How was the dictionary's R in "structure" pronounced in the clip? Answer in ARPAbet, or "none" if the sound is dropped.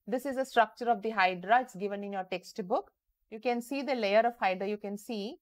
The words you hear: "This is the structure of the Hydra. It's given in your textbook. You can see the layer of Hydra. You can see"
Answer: R